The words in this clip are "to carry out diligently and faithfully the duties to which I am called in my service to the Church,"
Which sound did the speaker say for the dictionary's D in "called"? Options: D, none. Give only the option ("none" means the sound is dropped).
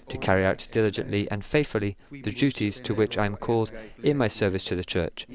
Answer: D